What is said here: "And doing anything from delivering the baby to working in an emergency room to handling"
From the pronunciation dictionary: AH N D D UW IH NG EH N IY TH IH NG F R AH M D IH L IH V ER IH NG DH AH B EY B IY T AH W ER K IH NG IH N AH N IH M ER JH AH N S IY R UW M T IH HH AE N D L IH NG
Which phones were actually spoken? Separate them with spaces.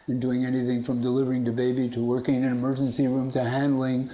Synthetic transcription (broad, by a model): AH N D D UW IH NG EH N IY TH IH NG F R AH M D IH L IH V ER IH NG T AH B EY B IY T AH W ER K IH NG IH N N IH M ER JH AH N S IY R UW M T IH HH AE N D L IH NG